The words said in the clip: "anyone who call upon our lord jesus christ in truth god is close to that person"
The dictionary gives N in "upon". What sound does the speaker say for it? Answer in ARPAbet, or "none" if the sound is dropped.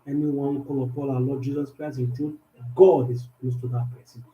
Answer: L